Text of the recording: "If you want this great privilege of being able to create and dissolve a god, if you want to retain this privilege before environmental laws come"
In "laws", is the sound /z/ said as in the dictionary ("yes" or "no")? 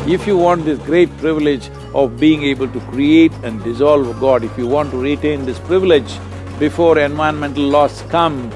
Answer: no